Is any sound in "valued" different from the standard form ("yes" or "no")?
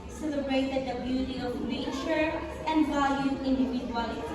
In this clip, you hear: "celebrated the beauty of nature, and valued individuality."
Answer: yes